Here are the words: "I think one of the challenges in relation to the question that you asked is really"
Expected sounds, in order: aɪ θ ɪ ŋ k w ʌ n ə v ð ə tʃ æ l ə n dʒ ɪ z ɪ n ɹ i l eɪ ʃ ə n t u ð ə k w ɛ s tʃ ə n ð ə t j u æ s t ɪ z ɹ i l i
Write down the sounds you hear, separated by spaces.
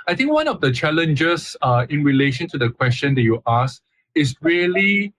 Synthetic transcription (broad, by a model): aɪ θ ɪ ŋ k w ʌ n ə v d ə tʃ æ l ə n dʒ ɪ s ɪ n ɹ i l eɪ ʃ ə n t u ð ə k w ɛ s tʃ ə n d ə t j u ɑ s ɪ s ɹ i l i